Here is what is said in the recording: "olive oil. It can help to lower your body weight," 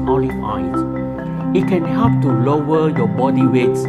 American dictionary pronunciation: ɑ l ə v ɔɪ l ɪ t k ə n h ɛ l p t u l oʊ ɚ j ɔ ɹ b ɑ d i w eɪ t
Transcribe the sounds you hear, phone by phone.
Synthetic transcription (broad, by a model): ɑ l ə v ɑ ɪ ɪ t k ə n h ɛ p t u l oʊ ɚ j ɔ b ɑ d i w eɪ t